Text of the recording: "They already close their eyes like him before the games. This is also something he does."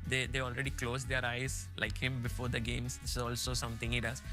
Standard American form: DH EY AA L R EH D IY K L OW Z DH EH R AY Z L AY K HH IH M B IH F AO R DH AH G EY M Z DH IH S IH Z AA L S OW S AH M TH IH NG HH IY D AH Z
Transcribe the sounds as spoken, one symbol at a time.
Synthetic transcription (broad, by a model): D EY AA L R EH D IY K L OW Z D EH R AY Z L AY K HH IH M B IH F AO R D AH G EY M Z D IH S IH Z AA L S OW S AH M T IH NG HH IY D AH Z